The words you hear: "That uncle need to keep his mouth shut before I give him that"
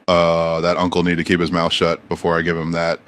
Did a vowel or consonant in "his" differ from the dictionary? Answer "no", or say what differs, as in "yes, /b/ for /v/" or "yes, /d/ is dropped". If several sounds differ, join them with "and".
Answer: no